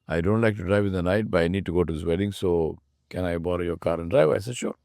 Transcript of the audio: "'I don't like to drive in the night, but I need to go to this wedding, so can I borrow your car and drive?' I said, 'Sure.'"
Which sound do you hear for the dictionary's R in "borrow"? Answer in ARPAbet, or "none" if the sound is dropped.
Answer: R